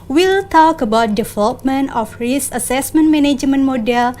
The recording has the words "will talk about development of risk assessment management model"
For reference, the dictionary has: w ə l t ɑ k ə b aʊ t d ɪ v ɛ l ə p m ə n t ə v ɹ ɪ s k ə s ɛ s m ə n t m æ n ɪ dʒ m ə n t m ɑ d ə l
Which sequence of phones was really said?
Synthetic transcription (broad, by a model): w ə l t ɑ k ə b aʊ t d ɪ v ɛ l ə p m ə n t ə f ɹ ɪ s ə s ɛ s m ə n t m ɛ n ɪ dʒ m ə n m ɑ d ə l